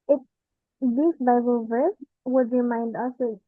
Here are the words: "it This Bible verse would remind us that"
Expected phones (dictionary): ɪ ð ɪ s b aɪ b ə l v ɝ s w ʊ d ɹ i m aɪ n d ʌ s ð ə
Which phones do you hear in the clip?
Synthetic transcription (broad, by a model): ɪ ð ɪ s b aɪ b ə l v ɝ s w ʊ d ɹ i m aɪ n d ʌ s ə